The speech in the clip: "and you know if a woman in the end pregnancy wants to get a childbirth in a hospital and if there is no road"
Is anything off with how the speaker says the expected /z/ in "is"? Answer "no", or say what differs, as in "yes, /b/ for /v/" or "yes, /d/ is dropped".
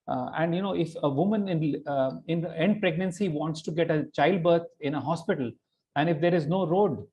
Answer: no